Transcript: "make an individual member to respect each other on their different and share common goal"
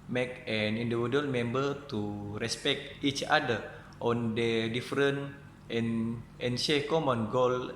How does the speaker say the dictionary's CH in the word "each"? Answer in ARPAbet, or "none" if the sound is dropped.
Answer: CH